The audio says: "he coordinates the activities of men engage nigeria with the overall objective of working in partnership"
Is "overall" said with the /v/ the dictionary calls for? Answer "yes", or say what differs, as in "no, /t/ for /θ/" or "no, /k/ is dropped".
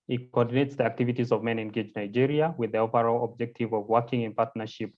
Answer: no, /p/ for /v/